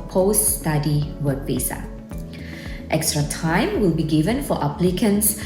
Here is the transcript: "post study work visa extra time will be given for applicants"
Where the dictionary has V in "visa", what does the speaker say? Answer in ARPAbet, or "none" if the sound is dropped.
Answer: P